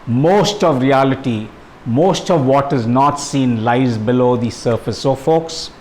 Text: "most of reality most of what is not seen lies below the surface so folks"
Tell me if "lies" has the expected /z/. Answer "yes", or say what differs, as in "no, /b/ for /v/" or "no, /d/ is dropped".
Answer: yes